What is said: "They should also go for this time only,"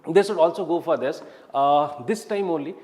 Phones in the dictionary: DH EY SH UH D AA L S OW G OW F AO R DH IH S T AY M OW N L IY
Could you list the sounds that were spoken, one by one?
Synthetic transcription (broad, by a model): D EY S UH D AA L S OW G OW F AO R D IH S T AY M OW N L IY